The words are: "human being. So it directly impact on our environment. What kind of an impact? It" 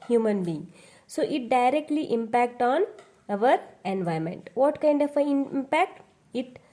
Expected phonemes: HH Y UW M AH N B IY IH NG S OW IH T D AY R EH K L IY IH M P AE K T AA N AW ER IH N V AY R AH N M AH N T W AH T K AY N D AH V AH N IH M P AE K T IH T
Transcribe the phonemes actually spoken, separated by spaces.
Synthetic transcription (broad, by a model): HH Y UW M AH N B IY IH NG S OW IH T D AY R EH K L IY IH M P AE K T AA N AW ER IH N V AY AH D M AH N T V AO T K AY N D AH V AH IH M P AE K T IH T